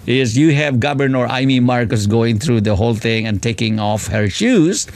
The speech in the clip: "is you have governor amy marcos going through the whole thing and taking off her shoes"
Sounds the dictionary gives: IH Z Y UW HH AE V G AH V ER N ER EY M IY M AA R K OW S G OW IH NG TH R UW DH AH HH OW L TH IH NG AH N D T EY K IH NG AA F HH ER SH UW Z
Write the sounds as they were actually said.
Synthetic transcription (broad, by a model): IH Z Y UW HH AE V G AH B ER N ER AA M IY M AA R K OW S G OW IH NG T R UW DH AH HH OW L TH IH NG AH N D T EY K IH NG AA F HH ER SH UW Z